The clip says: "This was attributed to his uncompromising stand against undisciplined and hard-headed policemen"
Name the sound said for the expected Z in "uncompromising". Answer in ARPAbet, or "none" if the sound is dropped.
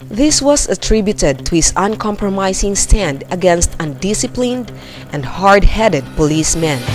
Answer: S